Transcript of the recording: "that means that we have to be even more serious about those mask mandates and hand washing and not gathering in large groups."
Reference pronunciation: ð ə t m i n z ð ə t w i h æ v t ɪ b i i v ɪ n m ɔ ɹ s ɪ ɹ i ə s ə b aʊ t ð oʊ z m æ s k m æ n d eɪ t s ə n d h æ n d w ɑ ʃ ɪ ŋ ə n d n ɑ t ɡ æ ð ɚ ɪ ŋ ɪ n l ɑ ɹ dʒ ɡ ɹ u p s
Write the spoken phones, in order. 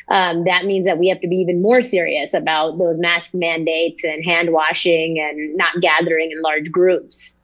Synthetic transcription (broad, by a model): ð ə t m i n z ð ə t w i h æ f t ɪ b i i v ɪ n m ɔ ɹ s ɪ ɹ i ə s ə b aʊ t ð oʊ z m æ s k m æ n d eɪ t s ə n h æ n d w ɑ ʃ ɪ ŋ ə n n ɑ t ɡ æ ð ɚ ɪ ŋ ɪ n l ɑ ɹ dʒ ɡ ɹ u p s